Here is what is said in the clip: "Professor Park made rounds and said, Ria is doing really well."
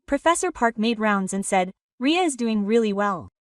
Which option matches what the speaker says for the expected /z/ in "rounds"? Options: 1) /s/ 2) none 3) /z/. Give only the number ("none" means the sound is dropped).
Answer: 3